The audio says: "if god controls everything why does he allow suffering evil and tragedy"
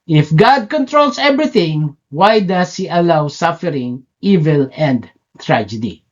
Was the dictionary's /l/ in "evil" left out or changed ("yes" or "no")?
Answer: no